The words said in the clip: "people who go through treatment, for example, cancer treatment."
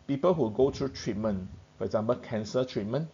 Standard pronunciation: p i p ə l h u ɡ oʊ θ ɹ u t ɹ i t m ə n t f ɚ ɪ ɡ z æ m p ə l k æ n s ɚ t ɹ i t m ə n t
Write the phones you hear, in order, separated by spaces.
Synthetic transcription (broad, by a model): p i p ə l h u ɡ oʊ t ɹ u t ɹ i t m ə n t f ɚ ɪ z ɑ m b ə k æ n s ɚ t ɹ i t m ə n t